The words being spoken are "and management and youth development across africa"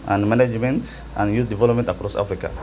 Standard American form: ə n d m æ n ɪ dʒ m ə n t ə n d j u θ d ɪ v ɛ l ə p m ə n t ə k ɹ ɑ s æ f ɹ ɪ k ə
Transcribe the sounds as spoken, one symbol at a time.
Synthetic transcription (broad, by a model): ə n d m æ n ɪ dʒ m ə n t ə n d j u s d ɪ v ɛ l ə p m ə n t ə k ɹ ɑ s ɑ f ɹ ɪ k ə